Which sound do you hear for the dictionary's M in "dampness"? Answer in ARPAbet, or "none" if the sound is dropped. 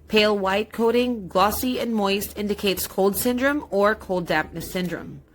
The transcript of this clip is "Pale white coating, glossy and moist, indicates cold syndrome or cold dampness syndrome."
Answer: none